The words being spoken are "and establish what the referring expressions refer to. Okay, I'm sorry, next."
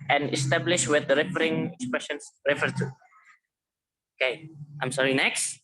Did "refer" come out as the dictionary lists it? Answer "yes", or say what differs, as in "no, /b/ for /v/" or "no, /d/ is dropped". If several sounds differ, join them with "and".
yes